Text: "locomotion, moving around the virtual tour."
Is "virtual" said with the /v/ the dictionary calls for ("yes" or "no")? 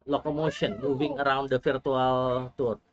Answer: no